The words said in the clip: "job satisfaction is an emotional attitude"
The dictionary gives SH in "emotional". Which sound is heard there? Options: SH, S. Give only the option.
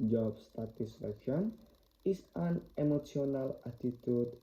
S